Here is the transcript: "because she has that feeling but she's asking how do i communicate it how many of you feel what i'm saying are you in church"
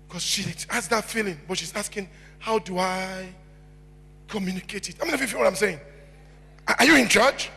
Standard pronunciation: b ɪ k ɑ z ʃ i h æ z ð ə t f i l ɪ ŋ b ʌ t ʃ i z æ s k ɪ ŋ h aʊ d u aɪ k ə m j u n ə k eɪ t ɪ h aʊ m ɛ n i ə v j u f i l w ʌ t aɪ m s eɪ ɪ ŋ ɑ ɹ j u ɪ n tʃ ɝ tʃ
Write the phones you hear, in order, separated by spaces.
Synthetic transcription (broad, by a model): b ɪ k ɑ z ʃ i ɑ s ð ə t f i l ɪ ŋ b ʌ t ʃ i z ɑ s k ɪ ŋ h aʊ d u aɪ k ə m j u n ə k eɪ t ɪ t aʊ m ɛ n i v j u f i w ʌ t aɪ m s eɪ ɪ ŋ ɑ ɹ j u ɪ n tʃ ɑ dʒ